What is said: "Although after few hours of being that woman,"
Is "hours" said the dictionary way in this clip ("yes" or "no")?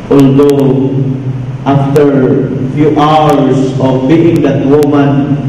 no